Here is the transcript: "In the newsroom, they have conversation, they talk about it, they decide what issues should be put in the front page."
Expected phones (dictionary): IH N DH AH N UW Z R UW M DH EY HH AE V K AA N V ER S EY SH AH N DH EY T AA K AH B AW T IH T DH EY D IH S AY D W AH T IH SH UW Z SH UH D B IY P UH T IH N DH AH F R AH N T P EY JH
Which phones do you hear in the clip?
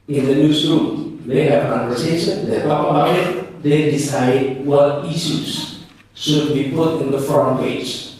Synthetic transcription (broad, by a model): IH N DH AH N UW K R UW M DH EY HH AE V K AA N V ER S EY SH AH N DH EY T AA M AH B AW IH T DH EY D IH S AY D W AH T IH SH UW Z SH UH D B IY P UH T IH N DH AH F R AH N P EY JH